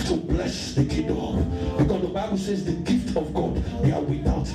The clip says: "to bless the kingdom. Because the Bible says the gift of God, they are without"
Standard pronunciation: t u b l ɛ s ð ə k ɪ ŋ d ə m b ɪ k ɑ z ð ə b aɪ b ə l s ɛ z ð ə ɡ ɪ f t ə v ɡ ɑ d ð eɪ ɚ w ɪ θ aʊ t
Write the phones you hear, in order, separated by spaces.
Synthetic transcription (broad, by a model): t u b l ɛ s ð ə k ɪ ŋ d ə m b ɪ k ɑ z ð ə b aɪ b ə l s ɛ z ð ə ɡ ɪ f t ə v ɡ ɑ d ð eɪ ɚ w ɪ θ aʊ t